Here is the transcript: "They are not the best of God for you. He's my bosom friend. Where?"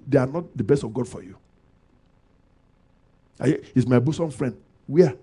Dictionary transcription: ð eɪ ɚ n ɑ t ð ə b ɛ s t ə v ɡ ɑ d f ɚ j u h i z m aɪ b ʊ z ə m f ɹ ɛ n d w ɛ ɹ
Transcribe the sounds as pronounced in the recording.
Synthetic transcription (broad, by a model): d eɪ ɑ n ɑ t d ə b ɛ s t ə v ɡ ɑ d f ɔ j u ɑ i s m aɪ b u s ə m f ɹ ɛ n d w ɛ